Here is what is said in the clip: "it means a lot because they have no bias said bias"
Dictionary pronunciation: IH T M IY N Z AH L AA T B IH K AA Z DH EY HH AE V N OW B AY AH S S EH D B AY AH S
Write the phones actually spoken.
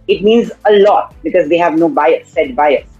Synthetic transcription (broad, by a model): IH T M IY N Z AH L AA T B IH K AA Z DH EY HH AE V N OW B AY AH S S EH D B AY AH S